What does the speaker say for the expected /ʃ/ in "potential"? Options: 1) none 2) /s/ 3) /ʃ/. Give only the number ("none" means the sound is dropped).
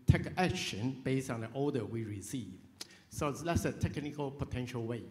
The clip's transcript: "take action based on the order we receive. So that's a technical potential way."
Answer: 3